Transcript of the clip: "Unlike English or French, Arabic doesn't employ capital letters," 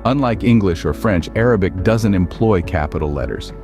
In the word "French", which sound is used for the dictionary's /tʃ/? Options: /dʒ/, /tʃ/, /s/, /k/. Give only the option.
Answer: /tʃ/